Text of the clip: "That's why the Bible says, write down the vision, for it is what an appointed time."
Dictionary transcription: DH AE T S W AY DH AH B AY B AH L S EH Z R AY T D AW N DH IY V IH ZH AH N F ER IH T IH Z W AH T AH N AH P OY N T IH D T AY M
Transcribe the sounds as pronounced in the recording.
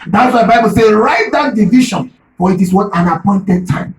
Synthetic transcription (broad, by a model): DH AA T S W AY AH B AY B AH L S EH R AY T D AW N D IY V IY SH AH N F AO IH T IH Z W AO T AH N AH P OY N T IH D T AY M